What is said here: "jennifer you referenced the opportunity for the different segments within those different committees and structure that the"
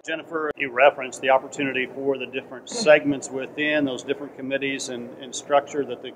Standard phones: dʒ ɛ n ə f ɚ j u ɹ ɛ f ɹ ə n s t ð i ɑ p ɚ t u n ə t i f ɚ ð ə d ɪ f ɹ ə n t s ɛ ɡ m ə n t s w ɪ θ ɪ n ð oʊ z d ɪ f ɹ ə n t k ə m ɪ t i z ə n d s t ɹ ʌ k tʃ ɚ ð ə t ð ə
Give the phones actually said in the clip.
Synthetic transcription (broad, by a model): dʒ ɛ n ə f ɚ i ɹ ɛ f ɹ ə n s ð i ɑ p ɚ t u n ə t i f ɚ ð ə d ɪ f ɹ ə n t s ɛ ɡ m ə n t s w ɪ θ ɪ n ð oʊ z d ɪ f ɹ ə n k ə m ɪ t i z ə n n s t ɹ ʌ k tʃ ɚ ð ə t ð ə